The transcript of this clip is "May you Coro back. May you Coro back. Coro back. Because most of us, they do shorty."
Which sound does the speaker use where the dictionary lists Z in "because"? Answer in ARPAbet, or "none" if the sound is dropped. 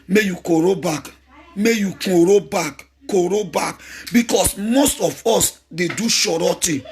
S